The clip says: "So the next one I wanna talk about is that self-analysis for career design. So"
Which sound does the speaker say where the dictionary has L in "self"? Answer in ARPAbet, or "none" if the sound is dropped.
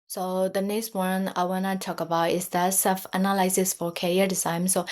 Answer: none